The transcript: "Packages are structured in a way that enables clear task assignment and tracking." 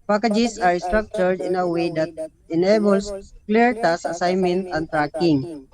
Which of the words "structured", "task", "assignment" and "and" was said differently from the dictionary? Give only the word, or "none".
task